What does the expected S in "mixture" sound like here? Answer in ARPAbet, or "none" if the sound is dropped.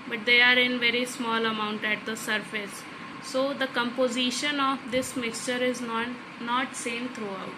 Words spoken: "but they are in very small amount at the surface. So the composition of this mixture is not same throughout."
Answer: S